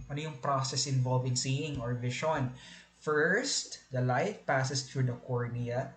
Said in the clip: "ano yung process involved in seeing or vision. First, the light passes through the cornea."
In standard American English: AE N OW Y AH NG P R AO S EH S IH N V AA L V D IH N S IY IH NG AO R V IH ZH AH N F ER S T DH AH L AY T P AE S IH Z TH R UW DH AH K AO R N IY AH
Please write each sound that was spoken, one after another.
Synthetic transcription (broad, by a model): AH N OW Y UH NG P R AO S EH S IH N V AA L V IH N S IY IH NG AO R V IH SH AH N F ER S T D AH L AY T P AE S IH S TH R UW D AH K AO R N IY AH